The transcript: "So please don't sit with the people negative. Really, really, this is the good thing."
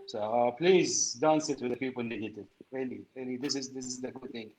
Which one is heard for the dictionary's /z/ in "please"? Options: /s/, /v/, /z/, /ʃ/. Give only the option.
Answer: /z/